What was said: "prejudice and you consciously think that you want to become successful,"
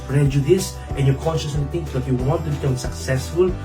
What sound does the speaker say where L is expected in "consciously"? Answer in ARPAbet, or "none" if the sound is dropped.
none